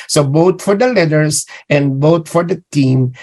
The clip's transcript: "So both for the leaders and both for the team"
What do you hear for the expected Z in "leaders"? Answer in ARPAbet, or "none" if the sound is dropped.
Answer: S